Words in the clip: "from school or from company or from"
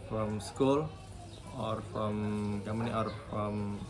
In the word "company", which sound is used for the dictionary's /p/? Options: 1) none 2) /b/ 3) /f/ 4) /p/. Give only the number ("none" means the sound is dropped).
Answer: 1